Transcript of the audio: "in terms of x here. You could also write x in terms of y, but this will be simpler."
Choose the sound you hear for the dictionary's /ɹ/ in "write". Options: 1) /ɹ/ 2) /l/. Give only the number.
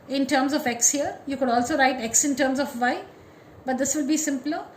1